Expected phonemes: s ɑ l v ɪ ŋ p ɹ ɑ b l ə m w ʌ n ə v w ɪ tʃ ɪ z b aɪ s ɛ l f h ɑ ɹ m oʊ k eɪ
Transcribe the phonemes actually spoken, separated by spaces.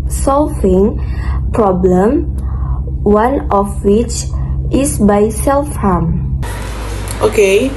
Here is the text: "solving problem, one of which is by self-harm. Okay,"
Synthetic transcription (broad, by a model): s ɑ l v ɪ ŋ p ɹ ɑ b l ə m w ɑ n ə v w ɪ tʃ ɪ s b aɪ s ɛ l f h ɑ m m oʊ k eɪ